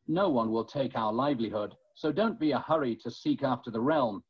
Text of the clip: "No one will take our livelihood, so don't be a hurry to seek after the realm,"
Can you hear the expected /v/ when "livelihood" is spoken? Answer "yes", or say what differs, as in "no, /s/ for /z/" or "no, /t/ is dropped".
yes